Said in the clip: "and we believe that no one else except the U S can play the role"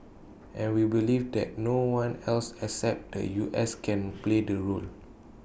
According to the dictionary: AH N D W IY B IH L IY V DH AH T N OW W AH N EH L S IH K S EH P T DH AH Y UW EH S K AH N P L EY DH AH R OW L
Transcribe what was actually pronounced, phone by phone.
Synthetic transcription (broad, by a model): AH N W IY B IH L IY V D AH T N OW W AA N EH L S IH K S EH P T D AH Y UW EH S K AH N P L EY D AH R OW L